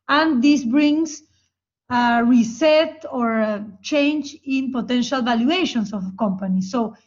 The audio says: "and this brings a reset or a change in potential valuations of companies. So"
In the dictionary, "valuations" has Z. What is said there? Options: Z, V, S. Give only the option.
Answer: S